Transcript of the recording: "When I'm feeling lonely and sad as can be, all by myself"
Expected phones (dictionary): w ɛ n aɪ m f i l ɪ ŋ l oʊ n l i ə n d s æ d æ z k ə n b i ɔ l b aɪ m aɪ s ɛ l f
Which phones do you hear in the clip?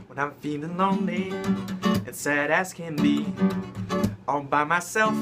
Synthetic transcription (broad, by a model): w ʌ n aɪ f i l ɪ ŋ l oʊ n l i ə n s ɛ d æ s k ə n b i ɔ n b aɪ m aɪ s ɛ l f